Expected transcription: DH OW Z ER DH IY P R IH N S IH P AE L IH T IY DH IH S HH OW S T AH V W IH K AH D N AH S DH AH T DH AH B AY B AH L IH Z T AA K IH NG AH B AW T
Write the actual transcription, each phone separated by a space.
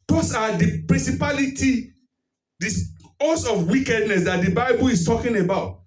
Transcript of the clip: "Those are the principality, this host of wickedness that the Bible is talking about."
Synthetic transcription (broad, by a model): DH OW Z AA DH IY P R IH N S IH P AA L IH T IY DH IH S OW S AH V W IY K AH D N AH S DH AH T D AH B AY B AH L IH S T AA K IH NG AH B AW T